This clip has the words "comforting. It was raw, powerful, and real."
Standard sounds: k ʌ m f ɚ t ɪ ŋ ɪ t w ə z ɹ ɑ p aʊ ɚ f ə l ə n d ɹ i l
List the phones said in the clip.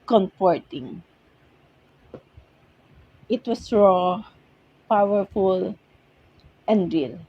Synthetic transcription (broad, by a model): k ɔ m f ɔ t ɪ ŋ ɪ t w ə s ɹ ɑ p aʊ ɚ f ə l ə n d ɹ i l